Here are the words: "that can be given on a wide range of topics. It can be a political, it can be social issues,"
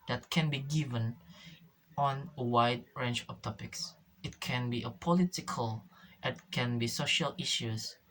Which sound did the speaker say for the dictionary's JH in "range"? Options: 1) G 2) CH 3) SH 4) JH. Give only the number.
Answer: 2